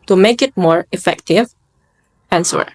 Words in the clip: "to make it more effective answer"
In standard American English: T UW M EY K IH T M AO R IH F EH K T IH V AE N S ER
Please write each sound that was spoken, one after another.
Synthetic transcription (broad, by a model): T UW M EY K IH T M AO R IH F EH K T IH V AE N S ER